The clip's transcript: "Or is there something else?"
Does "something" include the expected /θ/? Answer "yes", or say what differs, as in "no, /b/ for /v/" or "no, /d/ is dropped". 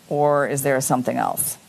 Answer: yes